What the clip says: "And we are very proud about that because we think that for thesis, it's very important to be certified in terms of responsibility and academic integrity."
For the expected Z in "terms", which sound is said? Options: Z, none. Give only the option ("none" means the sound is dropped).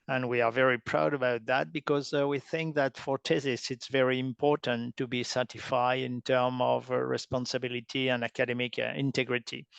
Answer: none